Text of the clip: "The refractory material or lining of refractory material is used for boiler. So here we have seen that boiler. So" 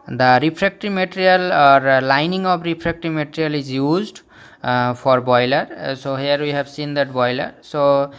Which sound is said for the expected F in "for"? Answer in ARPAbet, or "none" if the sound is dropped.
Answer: P